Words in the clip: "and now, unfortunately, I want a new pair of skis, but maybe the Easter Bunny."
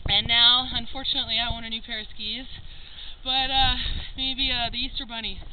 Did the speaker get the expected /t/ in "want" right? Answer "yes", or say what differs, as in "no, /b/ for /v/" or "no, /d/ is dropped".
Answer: no, /t/ is dropped